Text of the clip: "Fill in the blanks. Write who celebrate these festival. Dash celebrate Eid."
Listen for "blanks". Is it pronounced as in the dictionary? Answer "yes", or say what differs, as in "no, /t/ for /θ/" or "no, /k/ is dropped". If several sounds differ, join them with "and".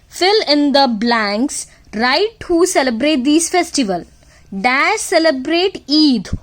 yes